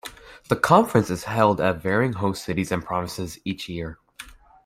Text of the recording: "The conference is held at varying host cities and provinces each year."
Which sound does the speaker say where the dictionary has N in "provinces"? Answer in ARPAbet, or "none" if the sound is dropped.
none